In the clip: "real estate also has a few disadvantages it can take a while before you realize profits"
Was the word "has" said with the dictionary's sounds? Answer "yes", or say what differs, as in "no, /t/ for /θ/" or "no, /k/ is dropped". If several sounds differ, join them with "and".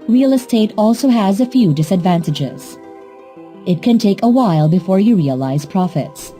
yes